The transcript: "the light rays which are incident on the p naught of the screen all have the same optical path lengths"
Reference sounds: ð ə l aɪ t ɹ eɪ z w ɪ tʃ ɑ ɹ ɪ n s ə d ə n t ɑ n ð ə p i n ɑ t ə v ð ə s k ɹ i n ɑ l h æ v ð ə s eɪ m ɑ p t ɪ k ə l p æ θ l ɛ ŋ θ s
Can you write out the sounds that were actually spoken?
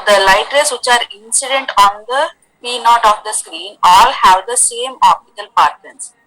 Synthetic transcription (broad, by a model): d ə l aɪ t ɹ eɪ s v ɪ tʃ ɑ ɹ ɪ n s ə d ə n t ɑ n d ə p i n ɑ t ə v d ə s k ɹ i n ɑ l h æ v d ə s eɪ m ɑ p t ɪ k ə l p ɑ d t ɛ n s